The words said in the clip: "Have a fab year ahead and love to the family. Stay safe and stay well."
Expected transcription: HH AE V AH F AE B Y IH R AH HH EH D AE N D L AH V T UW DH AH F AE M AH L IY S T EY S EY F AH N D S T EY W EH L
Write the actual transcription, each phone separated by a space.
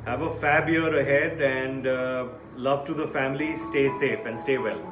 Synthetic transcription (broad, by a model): HH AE V AH F AE B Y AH R AH HH EH D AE N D L AH V T UW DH AH F AE M AH L IY S T EY S EY F AH N D S T EY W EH L